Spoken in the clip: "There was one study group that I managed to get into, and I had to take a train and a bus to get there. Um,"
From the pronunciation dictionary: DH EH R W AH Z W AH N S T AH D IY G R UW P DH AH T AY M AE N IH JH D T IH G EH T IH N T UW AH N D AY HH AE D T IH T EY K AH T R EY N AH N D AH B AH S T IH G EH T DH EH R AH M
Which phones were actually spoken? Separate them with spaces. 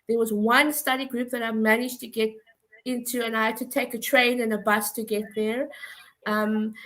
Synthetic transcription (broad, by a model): DH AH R W AH Z W AH N S T AH D IY G R UW P DH AH T AY M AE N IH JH T IH G EH T IH N T UW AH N AY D T IH T EY K AH T R EY N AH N AH B AH S T IH G EH T DH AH R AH M